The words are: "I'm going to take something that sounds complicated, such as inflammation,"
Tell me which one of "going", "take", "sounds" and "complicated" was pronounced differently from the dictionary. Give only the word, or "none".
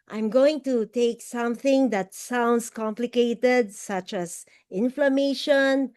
sounds